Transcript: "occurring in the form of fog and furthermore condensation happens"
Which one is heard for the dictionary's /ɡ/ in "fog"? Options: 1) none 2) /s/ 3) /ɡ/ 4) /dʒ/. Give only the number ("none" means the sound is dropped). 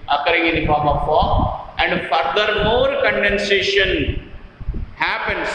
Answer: 1